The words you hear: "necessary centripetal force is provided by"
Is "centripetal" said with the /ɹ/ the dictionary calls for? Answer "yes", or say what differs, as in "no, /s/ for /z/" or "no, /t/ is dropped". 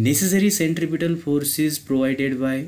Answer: yes